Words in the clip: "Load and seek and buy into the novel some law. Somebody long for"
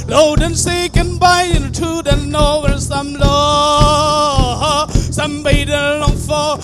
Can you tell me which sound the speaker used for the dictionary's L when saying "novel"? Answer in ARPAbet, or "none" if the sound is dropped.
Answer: N